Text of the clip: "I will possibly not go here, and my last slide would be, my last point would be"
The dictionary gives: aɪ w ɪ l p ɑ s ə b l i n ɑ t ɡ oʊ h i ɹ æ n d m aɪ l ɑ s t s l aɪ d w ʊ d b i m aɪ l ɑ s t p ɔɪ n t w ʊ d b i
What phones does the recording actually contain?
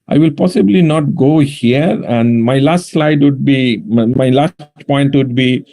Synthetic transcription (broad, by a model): aɪ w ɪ l p ɑ s ə b l i n ɑ t ɡ oʊ h i ɹ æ n d m aɪ l ɑ s t s l aɪ d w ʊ d b i m aɪ l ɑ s t p ɔɪ n t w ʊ d b i